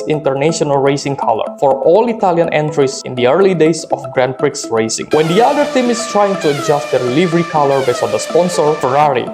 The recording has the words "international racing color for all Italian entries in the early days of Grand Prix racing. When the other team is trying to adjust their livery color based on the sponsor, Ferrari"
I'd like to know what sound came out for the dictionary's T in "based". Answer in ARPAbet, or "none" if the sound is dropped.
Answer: none